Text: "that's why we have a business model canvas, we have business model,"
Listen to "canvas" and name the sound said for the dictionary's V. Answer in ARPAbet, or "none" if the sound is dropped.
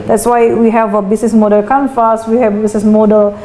F